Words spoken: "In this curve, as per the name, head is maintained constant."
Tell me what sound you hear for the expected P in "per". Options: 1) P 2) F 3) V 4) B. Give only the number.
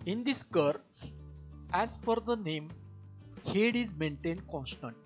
2